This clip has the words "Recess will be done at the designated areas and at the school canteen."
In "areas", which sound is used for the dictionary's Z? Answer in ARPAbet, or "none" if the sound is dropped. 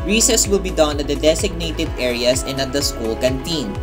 S